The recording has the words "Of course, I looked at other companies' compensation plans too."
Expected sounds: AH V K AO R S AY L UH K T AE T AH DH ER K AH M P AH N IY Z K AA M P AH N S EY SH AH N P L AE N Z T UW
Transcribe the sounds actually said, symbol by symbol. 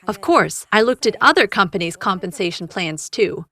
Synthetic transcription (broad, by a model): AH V K AO R S AY L UH K T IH T AH DH ER K AH M P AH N IY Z K AA M P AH N S EY SH N P L AE N Z T UW